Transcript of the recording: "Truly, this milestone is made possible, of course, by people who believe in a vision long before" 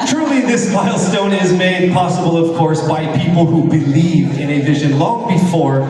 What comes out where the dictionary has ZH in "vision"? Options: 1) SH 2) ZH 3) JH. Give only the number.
2